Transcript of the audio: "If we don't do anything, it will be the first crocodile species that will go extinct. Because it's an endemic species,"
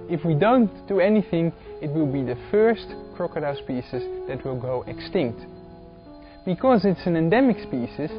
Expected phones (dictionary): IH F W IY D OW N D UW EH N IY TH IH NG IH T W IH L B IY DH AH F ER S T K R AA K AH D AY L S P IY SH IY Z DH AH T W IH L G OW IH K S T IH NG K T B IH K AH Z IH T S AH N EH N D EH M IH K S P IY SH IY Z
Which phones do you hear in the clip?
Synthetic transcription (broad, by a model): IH F W IY D OW N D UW EH N IY TH IH NG IH T W IH L B IY DH AH F ER S T K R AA K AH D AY S P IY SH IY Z DH AH T W IH L G OW IH K S T IH NG K T B IH K AH Z IH T S AH N EH N D EH M IH K S P IY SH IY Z